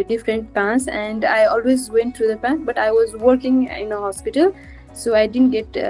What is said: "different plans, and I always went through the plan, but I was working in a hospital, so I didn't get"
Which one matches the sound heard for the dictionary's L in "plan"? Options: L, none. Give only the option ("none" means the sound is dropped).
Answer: none